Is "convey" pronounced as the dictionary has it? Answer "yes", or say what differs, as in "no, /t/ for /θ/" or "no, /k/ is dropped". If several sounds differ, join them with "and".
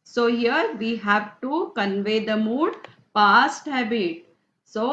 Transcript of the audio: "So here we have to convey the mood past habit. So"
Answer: yes